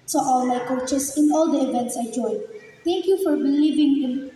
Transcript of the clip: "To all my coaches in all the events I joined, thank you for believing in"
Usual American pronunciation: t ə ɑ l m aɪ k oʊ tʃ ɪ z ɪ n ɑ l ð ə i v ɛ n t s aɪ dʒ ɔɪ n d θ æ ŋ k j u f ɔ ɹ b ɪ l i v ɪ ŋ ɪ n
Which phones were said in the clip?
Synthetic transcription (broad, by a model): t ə ɑ l m aɪ k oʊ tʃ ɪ s ɪ n ɑ l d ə i v ɛ n t s aɪ dʒ ɔɪ n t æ ŋ k j u f ɔ ɹ b ɪ l i v ɪ ŋ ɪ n